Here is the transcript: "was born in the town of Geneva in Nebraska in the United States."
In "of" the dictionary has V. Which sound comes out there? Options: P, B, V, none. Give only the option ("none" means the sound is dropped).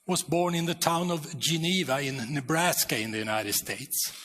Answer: V